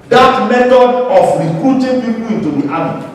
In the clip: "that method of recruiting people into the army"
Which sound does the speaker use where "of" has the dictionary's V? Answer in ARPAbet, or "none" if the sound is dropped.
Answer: F